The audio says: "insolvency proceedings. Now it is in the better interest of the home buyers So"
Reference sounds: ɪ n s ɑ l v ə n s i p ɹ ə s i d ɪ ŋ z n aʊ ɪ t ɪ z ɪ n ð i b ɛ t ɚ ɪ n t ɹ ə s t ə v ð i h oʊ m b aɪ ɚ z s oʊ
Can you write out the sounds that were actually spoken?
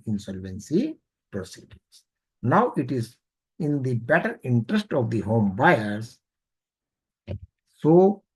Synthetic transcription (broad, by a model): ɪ n s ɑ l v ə n s i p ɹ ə s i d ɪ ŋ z n aʊ ɪ t ɪ z ɪ n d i b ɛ t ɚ ɪ n t ɹ ə s t ə v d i h oʊ m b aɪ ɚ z s oʊ